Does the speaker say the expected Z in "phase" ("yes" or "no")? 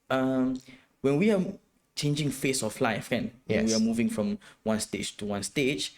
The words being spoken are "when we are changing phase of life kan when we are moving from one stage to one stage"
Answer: no